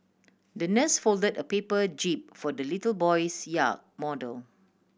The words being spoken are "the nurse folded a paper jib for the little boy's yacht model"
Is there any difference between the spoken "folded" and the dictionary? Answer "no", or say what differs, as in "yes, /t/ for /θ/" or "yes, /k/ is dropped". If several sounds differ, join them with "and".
no